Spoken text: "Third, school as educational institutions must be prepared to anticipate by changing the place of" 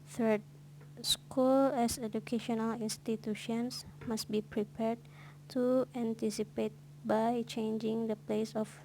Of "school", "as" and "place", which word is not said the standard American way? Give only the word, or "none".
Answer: as